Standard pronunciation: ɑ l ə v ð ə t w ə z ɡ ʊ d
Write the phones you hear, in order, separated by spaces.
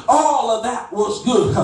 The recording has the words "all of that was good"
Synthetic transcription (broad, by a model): ɑ l ə v ð ə t w ə z ɡ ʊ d